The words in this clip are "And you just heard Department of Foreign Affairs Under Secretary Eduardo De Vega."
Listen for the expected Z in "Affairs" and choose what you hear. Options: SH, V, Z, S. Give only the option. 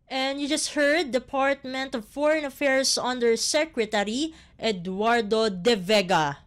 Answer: S